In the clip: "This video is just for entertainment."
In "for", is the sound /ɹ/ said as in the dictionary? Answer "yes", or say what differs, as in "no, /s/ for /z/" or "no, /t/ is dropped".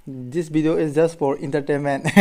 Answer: yes